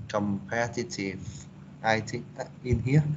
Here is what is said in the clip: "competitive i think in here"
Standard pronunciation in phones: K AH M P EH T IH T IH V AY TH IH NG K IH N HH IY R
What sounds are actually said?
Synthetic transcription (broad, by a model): K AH M P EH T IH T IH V AY T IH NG IH N HH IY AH